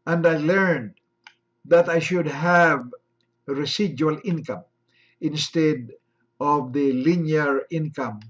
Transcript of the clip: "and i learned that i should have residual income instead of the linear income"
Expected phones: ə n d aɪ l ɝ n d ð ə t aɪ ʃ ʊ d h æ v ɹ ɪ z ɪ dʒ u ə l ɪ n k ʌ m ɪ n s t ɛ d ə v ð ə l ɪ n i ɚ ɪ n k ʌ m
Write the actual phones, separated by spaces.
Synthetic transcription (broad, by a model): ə n d aɪ l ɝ n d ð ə t aɪ ʃ ʊ d h æ v ɹ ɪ s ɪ dʒ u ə l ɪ n k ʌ m ɪ n s t ɛ d ə v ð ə l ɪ n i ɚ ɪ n k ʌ m